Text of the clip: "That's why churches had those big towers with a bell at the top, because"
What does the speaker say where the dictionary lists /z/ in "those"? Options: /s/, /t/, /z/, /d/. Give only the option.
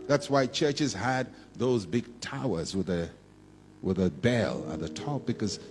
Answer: /z/